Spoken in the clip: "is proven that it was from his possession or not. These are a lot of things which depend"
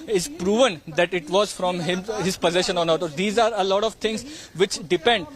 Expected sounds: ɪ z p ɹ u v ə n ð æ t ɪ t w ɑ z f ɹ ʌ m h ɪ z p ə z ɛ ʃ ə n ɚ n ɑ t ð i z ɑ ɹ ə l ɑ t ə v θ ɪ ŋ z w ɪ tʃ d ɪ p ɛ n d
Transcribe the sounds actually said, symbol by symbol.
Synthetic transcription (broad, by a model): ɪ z p ɹ u v ə n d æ t ɪ t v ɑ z f ɹ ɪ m h ɪ z p ə z ɛ ʃ ə n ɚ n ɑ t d i z ɑ ɹ ə l ɑ t ə v t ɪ ŋ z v ɪ tʃ d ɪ p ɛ n d